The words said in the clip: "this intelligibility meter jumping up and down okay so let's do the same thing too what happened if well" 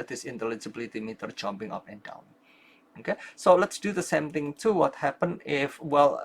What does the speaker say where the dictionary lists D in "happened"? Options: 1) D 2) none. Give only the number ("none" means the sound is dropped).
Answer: 2